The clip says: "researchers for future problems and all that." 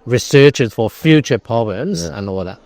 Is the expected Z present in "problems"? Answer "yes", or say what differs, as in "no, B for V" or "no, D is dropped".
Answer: yes